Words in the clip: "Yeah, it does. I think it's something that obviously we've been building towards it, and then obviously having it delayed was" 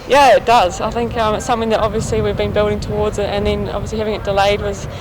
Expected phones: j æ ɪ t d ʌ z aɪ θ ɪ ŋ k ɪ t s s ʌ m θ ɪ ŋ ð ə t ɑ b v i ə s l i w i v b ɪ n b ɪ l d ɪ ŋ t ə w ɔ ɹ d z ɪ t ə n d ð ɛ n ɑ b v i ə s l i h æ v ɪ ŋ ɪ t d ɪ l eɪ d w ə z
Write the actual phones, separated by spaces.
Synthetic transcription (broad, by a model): j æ ɪ t d ʌ z aɪ θ ɪ ŋ k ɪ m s s ʌ m θ ɪ ŋ ð ə t ɑ b v i ə s l i w i v b ɪ n b ɪ l d ɪ ŋ t ə w ɔ ɹ d z ɪ t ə n ð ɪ n ɑ b v i ə s l i h æ v ɪ ŋ ɪ t d ɪ l eɪ d w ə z